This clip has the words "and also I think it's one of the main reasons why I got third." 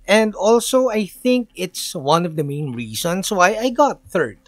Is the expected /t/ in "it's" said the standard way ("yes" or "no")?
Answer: yes